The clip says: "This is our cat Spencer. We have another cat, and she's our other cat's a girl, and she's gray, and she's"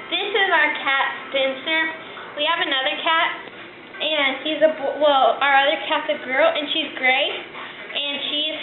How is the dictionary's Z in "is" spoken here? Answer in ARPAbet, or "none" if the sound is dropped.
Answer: Z